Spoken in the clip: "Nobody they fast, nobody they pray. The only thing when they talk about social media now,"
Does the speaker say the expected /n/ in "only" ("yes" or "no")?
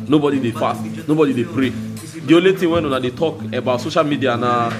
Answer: no